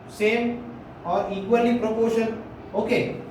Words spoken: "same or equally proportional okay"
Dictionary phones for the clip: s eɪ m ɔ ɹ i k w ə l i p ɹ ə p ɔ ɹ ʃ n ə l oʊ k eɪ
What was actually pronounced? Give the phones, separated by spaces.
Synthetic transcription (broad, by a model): s eɪ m ɔ ɹ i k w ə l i p ɹ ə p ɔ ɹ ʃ ə n oʊ k eɪ